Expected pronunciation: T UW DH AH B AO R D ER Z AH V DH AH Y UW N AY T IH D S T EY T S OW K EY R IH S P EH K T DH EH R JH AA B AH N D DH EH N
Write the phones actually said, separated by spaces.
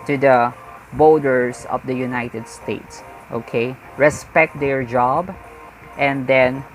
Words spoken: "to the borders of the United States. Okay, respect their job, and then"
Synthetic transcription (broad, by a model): T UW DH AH B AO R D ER S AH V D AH Y UW N AY T IH D S T EY T S OW K EY R IH S P EH K T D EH R JH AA B AH N D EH N